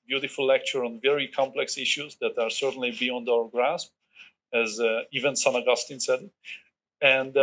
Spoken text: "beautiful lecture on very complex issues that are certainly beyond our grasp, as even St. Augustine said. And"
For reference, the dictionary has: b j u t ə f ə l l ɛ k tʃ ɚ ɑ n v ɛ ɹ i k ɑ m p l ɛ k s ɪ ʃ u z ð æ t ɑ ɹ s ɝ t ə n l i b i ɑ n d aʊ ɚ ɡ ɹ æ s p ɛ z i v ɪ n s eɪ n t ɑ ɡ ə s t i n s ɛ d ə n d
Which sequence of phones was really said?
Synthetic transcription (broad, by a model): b j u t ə f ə l l ɛ k tʃ ɚ ɑ n v ɛ ɹ i k ɑ m p l ɛ k s ɪ ʃ u z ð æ t ɑ ɹ s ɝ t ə n l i b i ɑ n d aʊ ɚ ɡ ɹ æ s p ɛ z i v ɪ n s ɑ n ɑ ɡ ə s t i n s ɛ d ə n d